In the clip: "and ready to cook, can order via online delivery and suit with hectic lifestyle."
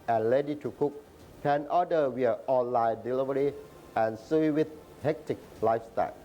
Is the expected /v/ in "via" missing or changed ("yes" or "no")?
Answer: yes